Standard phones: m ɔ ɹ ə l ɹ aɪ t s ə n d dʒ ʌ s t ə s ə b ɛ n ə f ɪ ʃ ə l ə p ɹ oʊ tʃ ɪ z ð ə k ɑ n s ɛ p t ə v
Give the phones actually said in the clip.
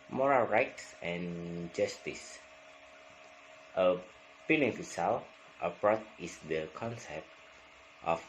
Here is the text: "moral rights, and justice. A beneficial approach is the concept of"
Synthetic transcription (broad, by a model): m ɔ ɹ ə l ɹ aɪ t s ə n dʒ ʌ s t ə s ə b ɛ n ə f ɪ s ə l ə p ɹ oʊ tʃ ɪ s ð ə k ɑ n s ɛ p t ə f